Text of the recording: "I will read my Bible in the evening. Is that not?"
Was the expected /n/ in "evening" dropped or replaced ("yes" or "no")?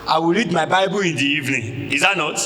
no